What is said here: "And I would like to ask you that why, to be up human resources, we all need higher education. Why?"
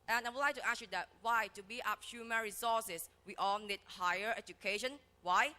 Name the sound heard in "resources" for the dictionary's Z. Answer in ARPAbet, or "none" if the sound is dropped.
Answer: S